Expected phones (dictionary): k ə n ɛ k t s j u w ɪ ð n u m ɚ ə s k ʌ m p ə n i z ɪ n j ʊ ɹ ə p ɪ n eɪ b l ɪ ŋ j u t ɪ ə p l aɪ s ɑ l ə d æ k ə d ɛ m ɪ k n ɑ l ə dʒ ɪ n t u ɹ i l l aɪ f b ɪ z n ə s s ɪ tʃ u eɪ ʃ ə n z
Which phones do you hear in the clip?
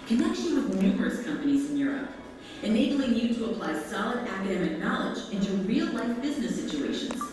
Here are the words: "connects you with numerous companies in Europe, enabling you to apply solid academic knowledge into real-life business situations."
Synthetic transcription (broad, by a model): k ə n ɛ k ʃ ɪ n w ɪ ð n u m ɚ ə s k ʌ m p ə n i z ɪ n j ʊ ɹ ə p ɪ n eɪ b l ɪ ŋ j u t ɪ ə p l aɪ s ɑ l ə d æ k ə d ɛ m ɪ k n ɑ l ə dʒ ɪ n t u ɹ i l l aɪ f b ɪ z n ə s s ɪ tʃ u eɪ ʃ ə n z